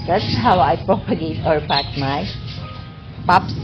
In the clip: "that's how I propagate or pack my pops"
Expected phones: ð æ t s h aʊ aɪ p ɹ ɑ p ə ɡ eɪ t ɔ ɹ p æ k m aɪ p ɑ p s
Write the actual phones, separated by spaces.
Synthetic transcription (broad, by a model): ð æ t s h aʊ aɪ p ɹ ɑ p ə ɡ eɪ t ɔ ɹ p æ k m aɪ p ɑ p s